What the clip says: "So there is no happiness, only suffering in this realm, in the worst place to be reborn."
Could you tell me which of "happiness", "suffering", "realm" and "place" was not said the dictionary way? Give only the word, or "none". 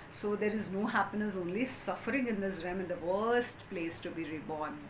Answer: realm